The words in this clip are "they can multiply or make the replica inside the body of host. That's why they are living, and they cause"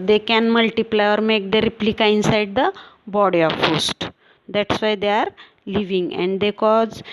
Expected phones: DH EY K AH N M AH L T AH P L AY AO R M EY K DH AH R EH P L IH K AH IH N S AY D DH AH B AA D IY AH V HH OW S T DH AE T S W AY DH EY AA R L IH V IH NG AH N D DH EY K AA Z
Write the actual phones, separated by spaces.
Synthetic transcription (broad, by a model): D EY K AH N M AH L T AH P L AY AO R M EY K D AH R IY P L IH K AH IH N S AY D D AH B AA D IY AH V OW S T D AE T S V AY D EY AA R L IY V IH NG AH N D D EY K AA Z